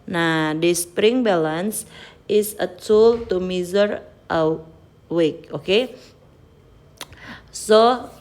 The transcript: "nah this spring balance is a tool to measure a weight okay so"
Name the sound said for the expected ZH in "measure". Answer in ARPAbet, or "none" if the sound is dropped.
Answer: Z